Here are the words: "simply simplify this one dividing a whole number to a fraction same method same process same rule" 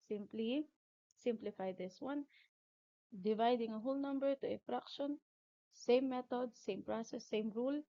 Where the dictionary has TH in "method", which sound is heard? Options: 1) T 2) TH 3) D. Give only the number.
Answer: 1